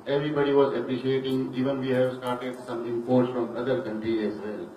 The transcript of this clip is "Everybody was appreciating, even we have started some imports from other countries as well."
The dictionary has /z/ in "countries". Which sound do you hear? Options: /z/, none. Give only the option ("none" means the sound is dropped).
none